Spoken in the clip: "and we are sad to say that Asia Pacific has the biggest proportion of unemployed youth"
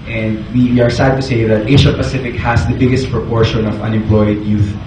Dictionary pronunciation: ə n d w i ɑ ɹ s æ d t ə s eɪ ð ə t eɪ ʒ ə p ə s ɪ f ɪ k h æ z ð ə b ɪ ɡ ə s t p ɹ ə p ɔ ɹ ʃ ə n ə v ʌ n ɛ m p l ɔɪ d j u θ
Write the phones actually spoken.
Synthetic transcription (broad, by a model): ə n d w i ɑ ɹ s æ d t ə s eɪ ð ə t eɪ ʃ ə p ə s ɪ f ɪ k h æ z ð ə b ɪ ɡ ə s t p ɹ ə p ɔ ɹ ʃ ə n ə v ʌ n ɛ m p l ɔɪ d j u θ